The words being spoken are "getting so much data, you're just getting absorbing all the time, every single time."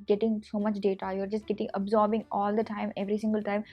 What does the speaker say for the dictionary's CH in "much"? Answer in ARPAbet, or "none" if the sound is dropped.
CH